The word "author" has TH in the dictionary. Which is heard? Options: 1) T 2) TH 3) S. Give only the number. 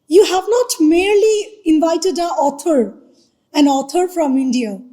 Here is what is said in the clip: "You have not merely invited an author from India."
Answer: 1